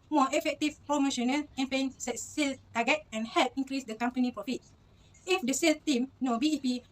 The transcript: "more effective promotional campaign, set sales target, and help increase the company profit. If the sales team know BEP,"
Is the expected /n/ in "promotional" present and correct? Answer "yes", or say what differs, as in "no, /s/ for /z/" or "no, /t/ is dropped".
yes